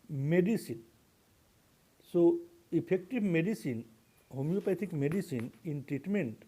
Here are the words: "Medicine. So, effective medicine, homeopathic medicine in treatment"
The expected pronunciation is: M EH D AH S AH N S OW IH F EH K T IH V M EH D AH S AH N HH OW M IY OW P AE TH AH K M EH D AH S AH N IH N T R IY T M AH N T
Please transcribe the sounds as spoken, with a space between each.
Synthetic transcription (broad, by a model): M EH D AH S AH N S OW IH P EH K T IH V M EH D AH S AH N HH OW M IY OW P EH T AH K M EH D AH S AH N IH N T R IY T M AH N T